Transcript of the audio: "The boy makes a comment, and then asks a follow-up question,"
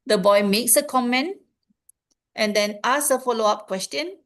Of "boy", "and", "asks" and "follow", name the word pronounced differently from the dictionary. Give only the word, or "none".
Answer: asks